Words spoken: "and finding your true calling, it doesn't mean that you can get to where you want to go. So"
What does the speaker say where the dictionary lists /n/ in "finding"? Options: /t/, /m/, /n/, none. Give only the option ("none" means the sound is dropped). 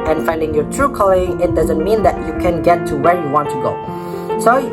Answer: /n/